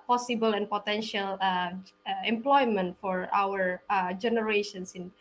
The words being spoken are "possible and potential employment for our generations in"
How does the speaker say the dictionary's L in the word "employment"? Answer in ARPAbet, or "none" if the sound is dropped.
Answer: L